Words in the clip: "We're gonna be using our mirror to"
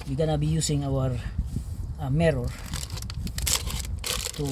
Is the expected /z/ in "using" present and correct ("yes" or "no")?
no